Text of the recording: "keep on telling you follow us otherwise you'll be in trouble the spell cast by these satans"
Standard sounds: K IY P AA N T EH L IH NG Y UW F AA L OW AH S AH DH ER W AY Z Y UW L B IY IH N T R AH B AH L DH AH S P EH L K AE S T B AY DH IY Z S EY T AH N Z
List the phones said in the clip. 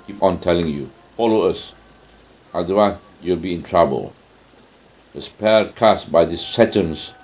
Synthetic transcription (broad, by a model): K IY P AA N T EH L IH NG Y UW F AA L OW AH S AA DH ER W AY Y UW L B IY IH N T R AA B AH L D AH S P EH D K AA S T B AY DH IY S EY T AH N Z